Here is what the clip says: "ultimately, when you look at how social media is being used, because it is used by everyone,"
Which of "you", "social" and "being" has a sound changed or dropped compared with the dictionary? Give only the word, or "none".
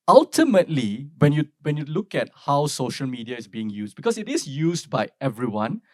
none